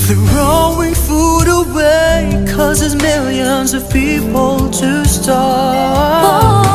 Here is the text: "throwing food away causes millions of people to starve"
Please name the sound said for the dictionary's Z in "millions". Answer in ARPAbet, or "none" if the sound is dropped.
Z